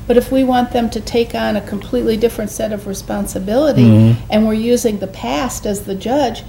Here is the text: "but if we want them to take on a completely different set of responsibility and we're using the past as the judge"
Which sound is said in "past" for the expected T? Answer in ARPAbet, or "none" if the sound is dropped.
T